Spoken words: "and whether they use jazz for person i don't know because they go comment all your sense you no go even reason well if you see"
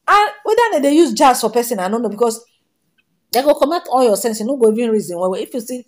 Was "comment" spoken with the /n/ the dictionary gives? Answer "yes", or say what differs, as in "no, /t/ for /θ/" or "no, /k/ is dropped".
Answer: no, /n/ is dropped